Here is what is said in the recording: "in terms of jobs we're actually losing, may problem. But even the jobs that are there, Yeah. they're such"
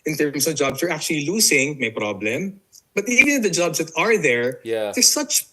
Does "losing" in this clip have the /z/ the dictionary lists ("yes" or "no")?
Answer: no